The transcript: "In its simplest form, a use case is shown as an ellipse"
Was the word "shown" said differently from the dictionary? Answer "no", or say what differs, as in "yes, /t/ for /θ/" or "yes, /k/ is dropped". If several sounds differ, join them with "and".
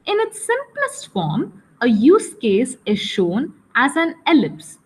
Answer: no